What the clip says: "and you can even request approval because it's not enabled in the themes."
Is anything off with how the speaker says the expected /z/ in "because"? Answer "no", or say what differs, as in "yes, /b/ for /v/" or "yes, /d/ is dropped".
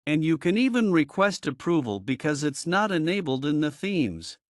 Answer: no